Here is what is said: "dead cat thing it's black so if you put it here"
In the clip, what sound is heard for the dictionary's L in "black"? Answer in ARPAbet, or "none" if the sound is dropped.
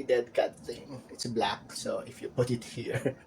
L